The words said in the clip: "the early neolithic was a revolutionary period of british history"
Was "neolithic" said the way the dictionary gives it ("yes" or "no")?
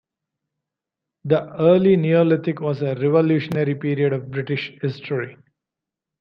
no